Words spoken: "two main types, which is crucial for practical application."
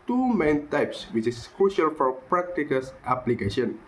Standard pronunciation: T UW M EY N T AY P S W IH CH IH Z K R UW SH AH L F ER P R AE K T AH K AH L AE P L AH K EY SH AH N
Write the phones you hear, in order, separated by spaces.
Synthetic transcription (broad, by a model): T UW M EY N T AY P S W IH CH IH S K R UW SH AH L F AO P R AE K T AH K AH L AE P L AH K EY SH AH N